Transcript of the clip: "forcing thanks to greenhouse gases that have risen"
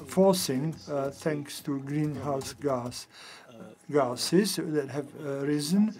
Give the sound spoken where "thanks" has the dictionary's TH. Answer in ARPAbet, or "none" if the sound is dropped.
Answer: T